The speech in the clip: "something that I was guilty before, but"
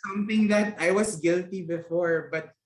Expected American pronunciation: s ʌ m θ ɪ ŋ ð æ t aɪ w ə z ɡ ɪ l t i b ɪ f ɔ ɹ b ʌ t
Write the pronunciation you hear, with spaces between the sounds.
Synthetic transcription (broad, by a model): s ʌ m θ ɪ ŋ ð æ t aɪ w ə s ɡ ɪ l t i b ɪ f ɔ ɹ b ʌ t